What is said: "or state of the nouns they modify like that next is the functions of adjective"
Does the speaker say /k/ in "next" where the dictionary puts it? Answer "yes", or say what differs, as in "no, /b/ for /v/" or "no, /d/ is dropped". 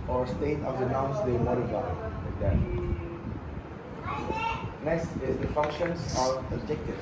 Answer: no, /k/ is dropped